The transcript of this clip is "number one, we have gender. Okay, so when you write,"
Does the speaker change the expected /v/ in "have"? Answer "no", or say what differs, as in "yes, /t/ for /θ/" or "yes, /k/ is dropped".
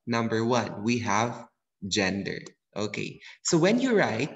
no